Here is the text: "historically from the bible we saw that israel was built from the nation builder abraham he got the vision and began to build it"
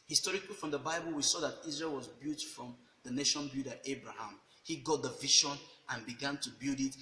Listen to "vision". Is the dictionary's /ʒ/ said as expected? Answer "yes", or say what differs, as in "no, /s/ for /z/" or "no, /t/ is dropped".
no, /ʃ/ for /ʒ/